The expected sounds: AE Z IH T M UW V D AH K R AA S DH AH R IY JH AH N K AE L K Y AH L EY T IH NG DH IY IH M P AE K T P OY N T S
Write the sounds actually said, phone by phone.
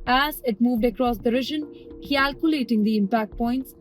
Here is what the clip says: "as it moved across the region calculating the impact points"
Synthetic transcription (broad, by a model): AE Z IH T M UW V D AH K R AA S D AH R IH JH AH N K AE L K Y AH L EY T IH NG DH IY IH M P AE K T P OY N T S